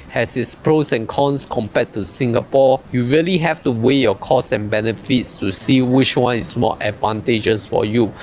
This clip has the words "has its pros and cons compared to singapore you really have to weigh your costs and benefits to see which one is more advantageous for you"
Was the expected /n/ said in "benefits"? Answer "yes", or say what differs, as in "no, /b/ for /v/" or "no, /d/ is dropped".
yes